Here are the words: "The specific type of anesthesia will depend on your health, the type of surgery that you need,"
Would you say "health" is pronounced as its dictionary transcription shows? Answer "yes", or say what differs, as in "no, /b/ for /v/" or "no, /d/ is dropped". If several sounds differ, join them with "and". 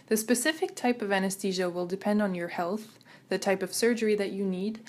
yes